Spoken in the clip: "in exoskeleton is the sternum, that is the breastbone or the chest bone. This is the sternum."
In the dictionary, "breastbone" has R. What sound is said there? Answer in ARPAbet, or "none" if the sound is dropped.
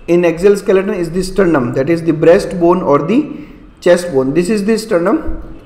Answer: R